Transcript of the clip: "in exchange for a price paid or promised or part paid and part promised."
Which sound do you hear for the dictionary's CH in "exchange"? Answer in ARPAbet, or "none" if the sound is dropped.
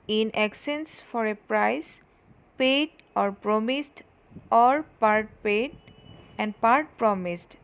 none